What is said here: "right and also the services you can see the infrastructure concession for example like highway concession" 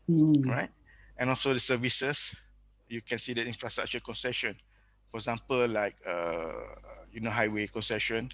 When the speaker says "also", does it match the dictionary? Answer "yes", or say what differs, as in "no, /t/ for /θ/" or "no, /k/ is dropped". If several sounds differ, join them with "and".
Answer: yes